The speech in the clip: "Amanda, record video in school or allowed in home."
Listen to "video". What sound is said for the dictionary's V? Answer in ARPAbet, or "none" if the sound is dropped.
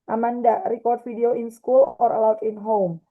F